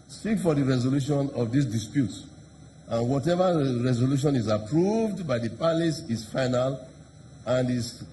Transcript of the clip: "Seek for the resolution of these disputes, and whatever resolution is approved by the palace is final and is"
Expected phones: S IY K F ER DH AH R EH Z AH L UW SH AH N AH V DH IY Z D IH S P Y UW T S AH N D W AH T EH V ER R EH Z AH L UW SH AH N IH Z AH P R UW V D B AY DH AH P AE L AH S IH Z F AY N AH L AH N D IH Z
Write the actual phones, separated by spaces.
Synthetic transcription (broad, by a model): S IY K F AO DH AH R EH Z AH L UW SH AH N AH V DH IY S D IH S P Y UW T S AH N W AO T EH V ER R EH Z AH L UW SH AH N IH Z AH P R UW V D B AY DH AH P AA L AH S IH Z F AY N AH L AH N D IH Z